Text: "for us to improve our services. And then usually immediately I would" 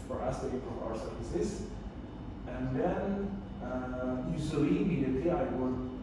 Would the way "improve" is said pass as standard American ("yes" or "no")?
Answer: no